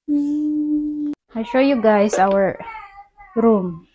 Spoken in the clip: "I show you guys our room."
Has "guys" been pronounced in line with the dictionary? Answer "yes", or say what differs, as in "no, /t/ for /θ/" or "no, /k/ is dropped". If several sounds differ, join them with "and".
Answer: no, /s/ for /z/